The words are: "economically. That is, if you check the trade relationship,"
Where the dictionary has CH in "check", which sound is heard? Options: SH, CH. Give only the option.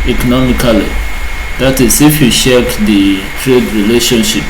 SH